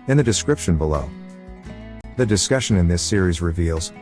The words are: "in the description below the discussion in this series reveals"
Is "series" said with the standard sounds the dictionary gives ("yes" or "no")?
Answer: yes